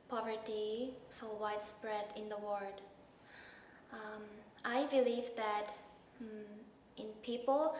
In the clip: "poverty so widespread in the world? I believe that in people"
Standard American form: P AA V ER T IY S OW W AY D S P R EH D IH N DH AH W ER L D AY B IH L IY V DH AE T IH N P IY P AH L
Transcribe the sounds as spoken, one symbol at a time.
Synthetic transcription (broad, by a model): P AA V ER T IY S OW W AY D S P R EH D IH N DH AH W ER D AY B IH L IY V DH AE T IH N P IY P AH L